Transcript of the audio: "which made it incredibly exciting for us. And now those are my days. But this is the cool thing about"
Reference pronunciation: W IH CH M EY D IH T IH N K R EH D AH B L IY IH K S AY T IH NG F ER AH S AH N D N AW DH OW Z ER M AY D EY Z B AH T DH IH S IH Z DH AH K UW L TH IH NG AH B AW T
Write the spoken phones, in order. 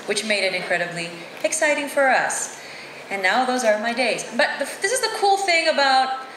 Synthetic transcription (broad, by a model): W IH CH M EY D IH T IH N K R EH D AH B L IY IH K S AY T IH NG F ER AH S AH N N AW DH OW Z ER M AY D EY Z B AH T DH IH S IH Z DH AH K UW L TH IH NG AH B AW T